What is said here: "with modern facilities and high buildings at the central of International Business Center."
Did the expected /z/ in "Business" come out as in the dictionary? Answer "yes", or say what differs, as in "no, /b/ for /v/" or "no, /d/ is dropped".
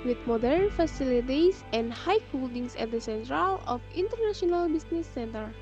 no, /s/ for /z/